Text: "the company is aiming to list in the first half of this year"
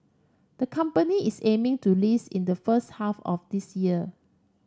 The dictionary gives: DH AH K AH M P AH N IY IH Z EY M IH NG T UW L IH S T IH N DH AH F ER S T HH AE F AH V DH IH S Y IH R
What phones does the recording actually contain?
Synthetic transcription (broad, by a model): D AH K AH M P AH N IY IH S EY M IH NG T UW L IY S IH N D AH F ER S T HH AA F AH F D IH S Y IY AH